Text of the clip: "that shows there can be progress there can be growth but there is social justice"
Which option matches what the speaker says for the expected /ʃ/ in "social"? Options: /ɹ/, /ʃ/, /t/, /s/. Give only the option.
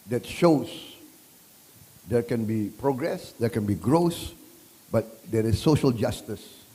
/ʃ/